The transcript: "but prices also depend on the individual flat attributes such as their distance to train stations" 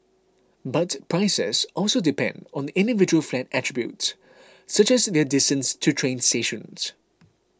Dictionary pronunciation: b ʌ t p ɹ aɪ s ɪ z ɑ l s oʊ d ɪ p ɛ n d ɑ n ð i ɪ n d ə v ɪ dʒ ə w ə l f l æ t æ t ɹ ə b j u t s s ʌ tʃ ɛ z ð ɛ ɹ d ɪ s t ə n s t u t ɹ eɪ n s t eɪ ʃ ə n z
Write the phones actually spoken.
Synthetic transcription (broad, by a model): b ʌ t p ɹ aɪ s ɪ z ɑ l s oʊ d ɪ p ɛ n d ɑ n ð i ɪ n d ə v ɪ dʒ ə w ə l f l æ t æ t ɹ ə b j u t s s ʌ tʃ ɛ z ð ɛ d ɪ s t ə n s t u t ɹ eɪ n s t eɪ ʃ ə n s